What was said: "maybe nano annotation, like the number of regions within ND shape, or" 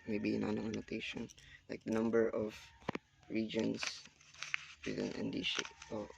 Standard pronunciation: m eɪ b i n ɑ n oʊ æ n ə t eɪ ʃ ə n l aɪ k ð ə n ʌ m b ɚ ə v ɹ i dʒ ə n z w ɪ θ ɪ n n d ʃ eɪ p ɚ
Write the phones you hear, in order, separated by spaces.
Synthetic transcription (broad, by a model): m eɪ b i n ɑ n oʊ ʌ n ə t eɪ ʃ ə n l aɪ k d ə n ʌ m b ɚ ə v ɹ i dʒ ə n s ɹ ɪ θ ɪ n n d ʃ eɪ ɔ